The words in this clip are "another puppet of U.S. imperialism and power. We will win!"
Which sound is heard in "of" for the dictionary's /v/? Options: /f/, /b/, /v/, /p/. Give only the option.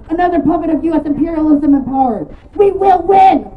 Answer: /v/